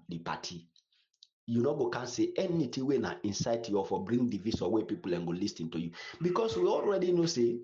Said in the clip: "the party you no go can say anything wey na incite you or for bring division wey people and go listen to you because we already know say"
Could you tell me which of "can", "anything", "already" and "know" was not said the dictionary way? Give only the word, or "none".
anything